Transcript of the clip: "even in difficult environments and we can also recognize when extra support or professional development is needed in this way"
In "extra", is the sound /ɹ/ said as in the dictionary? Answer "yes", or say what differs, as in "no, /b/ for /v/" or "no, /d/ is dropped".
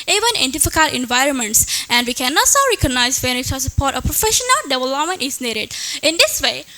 no, /ɹ/ is dropped